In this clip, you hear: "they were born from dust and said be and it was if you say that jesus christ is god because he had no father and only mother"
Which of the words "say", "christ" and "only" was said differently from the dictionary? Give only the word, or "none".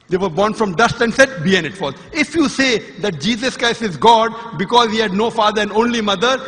none